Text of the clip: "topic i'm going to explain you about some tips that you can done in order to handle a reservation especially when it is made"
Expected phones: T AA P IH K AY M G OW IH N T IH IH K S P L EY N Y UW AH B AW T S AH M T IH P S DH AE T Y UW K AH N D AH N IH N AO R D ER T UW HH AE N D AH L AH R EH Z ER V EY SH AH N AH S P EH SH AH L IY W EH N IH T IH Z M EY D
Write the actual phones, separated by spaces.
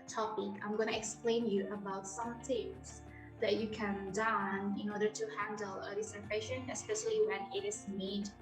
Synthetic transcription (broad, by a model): T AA P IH K AY M G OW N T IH IH K S P L EY N Y UW AH B AW T S AH M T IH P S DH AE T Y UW K AH N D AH N IH N AO R D ER T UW HH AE N D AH L AH L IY S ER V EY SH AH N AH S P EH SH AH L IY W EH N IH T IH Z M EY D